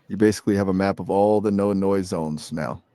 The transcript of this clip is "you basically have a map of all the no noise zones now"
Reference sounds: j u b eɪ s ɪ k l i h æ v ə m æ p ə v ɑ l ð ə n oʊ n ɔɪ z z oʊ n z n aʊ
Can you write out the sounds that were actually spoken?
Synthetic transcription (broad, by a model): j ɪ b eɪ s ɪ k l i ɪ v ə m æ p ə v ɑ l ð ə n oʊ n ɔɪ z z oʊ n z n aʊ